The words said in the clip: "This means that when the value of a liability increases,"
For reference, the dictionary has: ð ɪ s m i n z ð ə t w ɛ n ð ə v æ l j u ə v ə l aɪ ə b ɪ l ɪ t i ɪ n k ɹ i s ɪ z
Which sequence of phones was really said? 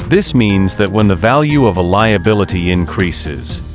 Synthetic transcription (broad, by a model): ð ɪ s m i n z ð ə t w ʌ n ð ə v æ l j u ə v ə l aɪ ə b ɪ l ɪ t i ɪ n k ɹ i s ɪ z